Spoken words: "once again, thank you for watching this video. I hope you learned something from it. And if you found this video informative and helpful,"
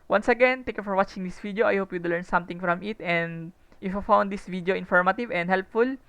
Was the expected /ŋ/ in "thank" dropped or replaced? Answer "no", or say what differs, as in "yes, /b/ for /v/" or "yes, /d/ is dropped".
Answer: yes, /ŋ/ is dropped